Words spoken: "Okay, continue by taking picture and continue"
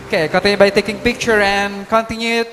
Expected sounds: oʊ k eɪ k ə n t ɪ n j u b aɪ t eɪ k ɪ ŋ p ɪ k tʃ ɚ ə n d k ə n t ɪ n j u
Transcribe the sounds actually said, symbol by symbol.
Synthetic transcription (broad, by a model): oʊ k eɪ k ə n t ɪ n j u b aɪ t eɪ k ɪ ŋ p ɪ k tʃ ɚ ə n k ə n t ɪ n j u